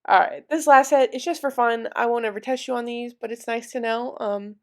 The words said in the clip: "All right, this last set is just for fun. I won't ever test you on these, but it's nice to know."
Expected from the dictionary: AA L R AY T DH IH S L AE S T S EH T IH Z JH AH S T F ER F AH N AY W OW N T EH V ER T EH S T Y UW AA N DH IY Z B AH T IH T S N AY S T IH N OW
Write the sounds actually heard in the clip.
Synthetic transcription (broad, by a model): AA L R AY T DH IH S L AE S T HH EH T IH S JH AH S T F ER F AH N AY W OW N EH V ER T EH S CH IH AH N DH IY Z B AH T IH T S N AY S T IH N OW